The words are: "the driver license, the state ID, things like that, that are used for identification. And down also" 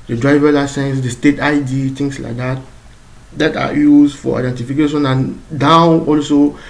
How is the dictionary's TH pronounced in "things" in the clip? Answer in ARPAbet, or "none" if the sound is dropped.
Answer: T